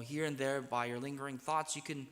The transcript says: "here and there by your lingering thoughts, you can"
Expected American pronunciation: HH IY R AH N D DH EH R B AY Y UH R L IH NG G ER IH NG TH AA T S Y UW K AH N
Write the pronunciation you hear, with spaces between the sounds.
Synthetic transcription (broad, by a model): HH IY R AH N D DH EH R B AY Y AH R L IH NG G ER IH NG TH AA T S Y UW K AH N